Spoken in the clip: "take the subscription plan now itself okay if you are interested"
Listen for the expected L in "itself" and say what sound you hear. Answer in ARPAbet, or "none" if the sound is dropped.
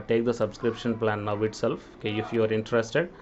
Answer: L